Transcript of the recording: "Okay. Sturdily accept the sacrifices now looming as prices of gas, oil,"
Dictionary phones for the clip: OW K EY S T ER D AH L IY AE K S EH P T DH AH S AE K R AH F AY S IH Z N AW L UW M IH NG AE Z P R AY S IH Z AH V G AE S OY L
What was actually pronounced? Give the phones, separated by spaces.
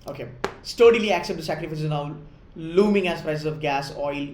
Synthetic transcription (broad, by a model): OW K EY S T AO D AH L IY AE K S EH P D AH S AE K R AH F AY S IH N AW L UW M IH NG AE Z P R AY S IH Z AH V G AE S OY L